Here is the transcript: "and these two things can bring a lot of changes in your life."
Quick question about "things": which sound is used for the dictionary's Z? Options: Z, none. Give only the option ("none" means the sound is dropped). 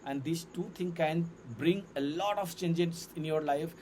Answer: none